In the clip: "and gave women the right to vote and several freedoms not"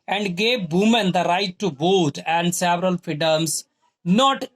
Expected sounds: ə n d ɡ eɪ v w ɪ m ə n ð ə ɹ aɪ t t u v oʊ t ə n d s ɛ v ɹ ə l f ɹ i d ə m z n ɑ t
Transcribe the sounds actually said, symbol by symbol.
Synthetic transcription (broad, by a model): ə n d ɡ eɪ v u m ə n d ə ɹ aɪ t t u b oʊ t ə n d s ɛ v ɹ ə l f ɹ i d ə m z n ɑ t